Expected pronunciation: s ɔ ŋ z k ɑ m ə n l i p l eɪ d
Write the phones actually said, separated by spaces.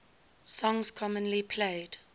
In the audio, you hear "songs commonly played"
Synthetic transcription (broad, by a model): s ɔ ŋ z k ɑ m ə n l i p l eɪ d